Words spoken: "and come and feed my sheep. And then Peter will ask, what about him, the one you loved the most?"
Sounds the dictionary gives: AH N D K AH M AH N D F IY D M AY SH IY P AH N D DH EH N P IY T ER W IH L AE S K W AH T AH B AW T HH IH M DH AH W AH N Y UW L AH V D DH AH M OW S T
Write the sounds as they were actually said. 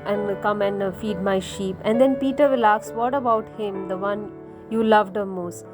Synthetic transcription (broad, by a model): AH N D K AH M AH N D F IY D M AY SH IY P AH N D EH N P IY T ER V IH L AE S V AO T AH B AW T HH IH M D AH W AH N Y UW L AH V D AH M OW S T